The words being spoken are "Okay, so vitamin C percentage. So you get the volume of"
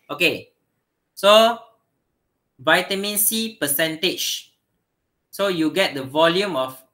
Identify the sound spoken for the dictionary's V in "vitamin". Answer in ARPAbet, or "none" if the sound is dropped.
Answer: V